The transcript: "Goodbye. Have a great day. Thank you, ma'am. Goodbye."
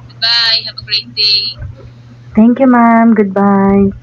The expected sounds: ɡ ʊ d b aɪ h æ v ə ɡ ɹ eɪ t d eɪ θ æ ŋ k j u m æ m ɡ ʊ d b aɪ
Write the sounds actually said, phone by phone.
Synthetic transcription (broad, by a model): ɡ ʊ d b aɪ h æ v ə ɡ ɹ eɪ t d eɪ t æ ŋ k j u m æ m ɡ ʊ d b aɪ